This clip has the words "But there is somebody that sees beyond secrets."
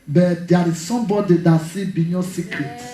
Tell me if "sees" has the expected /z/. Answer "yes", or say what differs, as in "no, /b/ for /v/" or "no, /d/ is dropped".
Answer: no, /z/ is dropped